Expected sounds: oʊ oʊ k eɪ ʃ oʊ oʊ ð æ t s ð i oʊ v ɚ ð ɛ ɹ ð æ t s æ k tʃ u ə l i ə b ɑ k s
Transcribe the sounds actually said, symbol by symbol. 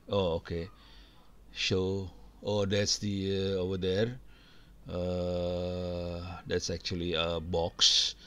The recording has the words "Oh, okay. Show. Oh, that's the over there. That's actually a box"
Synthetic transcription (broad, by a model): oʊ oʊ k eɪ s oʊ oʊ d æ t s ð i oʊ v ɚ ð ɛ ɹ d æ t s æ k tʃ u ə l i ə b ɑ k s